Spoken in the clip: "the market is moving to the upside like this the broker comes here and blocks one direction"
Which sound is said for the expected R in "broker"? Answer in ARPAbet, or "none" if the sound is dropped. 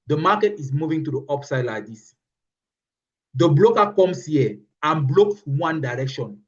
L